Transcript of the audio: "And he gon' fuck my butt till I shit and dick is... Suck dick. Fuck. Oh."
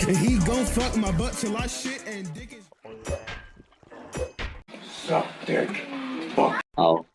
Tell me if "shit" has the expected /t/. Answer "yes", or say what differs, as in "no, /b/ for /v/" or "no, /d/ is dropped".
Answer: yes